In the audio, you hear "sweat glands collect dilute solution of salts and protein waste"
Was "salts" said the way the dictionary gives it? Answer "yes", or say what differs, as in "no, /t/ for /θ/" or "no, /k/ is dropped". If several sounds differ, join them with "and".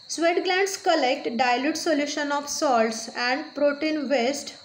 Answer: yes